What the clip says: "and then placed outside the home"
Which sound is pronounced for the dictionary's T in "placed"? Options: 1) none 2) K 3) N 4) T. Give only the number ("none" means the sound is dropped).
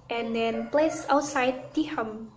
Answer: 1